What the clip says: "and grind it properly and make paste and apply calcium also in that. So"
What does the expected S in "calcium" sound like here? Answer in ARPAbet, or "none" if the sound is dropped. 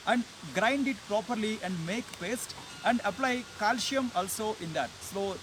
SH